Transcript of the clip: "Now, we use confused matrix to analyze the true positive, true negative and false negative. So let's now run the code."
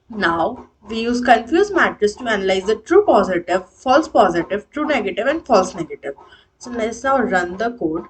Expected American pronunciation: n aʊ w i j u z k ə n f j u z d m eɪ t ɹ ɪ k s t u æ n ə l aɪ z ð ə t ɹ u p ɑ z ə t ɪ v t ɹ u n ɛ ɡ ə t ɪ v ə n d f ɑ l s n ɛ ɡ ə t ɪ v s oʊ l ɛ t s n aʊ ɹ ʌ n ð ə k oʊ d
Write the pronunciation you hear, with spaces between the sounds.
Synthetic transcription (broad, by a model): n aʊ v i j u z k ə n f j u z m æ t ɪ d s t u æ n ə l aɪ z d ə t ɹ u p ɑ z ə t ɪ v t ɹ u n ɛ ɡ ə t ɪ v ə n d f ɑ l s n ɛ ɡ ə t ɪ v s oʊ l ɛ t s n aʊ ɹ ʌ n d ə k oʊ d